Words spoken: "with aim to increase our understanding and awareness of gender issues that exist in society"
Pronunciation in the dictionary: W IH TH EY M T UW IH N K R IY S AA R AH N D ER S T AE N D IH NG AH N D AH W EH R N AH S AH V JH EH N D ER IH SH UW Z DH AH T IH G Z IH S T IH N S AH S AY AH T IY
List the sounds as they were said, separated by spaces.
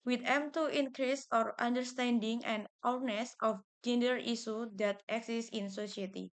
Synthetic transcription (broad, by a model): W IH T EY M T UW IH N K R IY S AA R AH N D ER S T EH N D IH NG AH N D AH N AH S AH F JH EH N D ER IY S UW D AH T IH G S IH S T IH N S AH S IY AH T IY